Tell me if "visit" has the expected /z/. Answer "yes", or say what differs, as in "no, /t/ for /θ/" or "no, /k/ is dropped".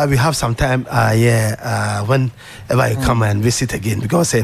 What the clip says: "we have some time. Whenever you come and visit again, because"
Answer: no, /s/ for /z/